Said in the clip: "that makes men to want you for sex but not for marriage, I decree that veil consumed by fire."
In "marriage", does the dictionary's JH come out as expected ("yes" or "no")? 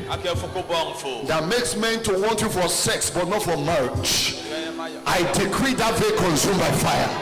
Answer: no